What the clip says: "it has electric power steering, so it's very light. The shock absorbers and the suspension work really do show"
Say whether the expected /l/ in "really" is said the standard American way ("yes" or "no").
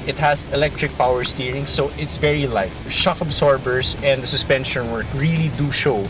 yes